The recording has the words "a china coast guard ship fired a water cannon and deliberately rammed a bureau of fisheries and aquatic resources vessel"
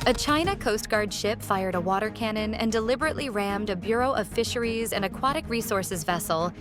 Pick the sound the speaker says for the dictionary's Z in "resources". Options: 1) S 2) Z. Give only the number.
2